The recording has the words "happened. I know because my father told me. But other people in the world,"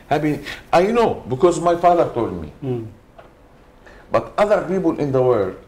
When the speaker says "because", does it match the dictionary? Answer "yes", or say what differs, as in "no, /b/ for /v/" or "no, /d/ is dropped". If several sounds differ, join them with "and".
yes